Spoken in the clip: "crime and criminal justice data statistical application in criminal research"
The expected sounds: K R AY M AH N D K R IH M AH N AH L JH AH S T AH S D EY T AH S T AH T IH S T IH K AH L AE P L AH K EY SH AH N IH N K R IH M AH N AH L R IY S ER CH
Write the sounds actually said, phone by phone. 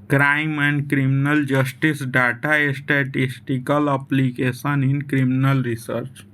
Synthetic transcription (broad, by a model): K R AY M AH N D K R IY M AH N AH L JH AH S T AH S D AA T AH S T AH T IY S T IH K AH L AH P L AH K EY S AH N IH N K R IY M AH N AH L R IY S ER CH